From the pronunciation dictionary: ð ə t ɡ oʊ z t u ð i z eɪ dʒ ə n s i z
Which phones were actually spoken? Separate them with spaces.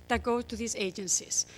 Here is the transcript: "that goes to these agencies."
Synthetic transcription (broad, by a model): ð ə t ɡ oʊ t u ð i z eɪ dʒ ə n s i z